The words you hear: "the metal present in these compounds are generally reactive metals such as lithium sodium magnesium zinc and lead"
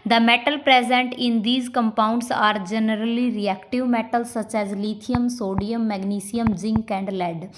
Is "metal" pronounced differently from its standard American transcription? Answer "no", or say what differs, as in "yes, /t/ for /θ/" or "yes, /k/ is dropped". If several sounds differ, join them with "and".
no